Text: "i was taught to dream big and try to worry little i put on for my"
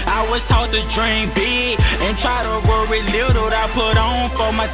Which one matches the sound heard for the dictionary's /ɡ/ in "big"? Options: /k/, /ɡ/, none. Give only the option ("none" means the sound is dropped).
none